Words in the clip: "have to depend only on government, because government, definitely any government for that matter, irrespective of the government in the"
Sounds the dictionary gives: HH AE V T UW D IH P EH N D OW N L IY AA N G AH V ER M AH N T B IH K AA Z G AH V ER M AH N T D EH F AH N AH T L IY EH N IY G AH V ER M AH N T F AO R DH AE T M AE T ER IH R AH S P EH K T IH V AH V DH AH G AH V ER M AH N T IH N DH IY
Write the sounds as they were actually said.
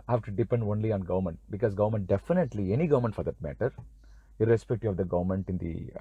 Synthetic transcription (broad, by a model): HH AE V T UW D IH P EH N D OW N L IY AA N G AH V ER M AH N T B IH K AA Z G AH V ER M AH N T D EH F AH N AH T L IY EH N IY G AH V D M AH N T F AO R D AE T M AE T ER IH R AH S P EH K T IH AH V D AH G AH V ER M AH N T IH N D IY